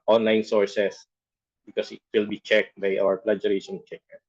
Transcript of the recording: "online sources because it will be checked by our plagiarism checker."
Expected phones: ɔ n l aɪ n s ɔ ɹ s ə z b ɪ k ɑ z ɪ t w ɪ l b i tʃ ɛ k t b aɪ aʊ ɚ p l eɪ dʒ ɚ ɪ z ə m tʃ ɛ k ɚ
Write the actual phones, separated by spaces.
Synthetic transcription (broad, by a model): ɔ n l aɪ n s ɔ ɹ s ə s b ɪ k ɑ s ɪ t w ɪ l b i tʃ ɛ k t b aɪ aʊ ɚ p l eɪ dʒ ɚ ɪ s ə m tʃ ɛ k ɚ